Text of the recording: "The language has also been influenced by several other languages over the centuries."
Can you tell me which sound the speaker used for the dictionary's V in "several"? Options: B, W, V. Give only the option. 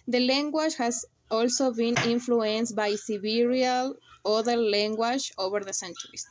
B